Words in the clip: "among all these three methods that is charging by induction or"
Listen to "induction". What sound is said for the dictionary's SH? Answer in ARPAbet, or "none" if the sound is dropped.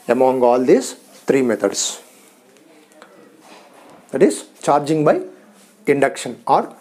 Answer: SH